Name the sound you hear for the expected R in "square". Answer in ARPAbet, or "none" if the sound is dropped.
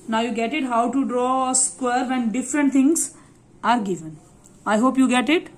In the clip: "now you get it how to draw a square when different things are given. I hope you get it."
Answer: R